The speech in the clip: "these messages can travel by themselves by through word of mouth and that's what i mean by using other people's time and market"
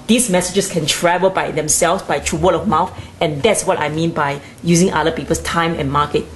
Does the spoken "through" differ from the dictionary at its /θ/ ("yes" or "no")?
yes